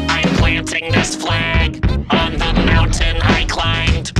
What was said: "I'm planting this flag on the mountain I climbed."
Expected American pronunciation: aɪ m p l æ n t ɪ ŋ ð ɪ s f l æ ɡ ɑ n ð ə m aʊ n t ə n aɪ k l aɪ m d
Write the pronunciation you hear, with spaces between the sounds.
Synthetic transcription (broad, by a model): aɪ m p l æ n t ɪ ŋ ð ɪ s f l æ ɡ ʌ n ð ə m aʊ n t ə n aɪ k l aɪ m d